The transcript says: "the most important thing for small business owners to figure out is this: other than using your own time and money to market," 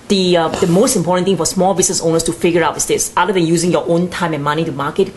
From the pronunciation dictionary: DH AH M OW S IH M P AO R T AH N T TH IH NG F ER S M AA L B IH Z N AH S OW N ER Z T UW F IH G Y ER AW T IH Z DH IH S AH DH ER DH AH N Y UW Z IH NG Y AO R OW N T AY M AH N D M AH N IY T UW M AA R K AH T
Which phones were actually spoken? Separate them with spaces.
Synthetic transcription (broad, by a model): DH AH M OW S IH M P AO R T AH N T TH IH NG F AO S M AA L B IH S N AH S OW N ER S T UW F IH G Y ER AW T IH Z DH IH S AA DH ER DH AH N Y UW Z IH NG Y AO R OW N T AY M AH N M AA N IY T UW M AA K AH T